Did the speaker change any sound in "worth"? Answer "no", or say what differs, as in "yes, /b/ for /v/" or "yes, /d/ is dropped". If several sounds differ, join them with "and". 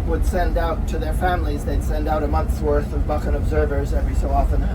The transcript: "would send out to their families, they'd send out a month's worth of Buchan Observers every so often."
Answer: no